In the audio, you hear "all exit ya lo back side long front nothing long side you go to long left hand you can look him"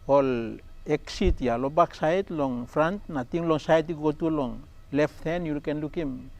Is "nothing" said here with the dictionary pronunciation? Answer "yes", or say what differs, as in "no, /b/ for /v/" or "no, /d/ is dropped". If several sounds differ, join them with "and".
no, /t/ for /θ/